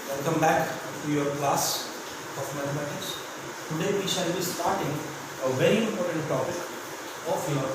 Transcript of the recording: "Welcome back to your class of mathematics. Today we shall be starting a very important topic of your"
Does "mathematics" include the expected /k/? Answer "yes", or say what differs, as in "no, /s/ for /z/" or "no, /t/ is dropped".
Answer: no, /k/ is dropped